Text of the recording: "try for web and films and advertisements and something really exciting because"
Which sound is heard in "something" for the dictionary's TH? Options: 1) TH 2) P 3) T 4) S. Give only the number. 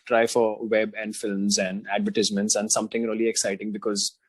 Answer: 3